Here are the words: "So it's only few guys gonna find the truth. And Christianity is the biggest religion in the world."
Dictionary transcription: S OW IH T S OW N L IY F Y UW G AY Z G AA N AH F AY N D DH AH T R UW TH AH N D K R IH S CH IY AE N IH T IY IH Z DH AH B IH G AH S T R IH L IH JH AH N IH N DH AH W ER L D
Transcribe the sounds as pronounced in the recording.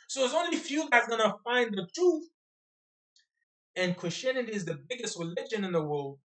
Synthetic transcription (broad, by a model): S OW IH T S OW N L IY F Y UW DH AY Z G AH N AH F AY N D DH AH T R UW TH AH N K R IH S CH IY AE N IH T IY IH Z DH AH B IH G AH S T R IH L IH JH AH N IH N DH AH W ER L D